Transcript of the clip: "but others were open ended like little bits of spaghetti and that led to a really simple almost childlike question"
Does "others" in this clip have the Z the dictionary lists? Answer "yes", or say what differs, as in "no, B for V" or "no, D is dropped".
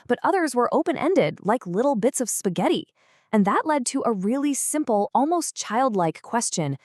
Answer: yes